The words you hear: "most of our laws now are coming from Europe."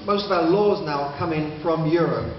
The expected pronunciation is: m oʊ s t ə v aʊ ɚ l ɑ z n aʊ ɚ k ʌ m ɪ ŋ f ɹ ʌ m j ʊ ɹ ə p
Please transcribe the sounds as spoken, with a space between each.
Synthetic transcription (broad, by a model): m oʊ s t ə v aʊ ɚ l ɑ z n aʊ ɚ k ʌ m ɪ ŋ f ɹ ʌ m j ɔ ɹ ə p